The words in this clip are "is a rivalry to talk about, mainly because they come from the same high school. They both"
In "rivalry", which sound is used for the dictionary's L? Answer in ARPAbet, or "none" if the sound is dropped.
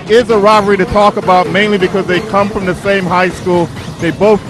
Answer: none